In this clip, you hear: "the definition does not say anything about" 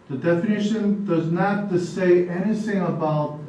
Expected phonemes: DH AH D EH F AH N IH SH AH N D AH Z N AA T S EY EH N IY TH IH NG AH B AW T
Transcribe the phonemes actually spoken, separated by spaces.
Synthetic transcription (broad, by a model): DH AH D EH F AH N IH SH AH N D AH Z N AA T S EY EH N IY TH IH NG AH B AW T